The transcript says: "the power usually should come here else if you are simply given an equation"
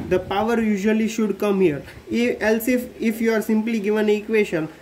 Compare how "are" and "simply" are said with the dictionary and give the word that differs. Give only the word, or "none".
none